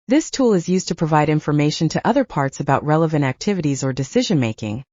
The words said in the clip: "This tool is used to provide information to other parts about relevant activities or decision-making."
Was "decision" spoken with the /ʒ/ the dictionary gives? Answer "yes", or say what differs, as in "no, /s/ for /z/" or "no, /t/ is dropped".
yes